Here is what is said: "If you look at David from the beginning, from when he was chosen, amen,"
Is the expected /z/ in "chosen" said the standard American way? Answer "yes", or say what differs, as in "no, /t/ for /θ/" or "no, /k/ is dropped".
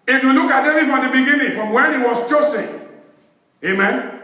no, /s/ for /z/